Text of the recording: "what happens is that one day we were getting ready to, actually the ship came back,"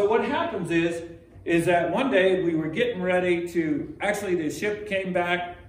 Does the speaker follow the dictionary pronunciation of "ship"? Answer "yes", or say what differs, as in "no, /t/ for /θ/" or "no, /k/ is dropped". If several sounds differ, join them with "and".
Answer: yes